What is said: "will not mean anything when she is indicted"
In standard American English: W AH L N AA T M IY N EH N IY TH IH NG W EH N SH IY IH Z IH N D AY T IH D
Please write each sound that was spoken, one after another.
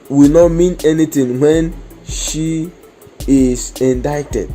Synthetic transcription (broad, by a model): W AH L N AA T M IY N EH N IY T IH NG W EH N SH IY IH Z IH N D AY T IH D